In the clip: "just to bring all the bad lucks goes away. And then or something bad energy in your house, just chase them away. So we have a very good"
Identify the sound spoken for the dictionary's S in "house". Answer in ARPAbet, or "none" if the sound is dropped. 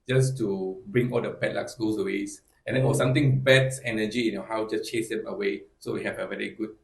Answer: none